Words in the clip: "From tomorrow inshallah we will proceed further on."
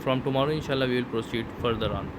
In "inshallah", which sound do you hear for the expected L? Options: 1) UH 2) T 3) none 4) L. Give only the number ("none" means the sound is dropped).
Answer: 4